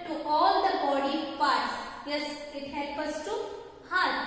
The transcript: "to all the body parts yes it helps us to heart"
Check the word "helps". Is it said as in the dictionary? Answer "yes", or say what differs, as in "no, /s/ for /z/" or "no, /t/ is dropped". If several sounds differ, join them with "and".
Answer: no, /s/ is dropped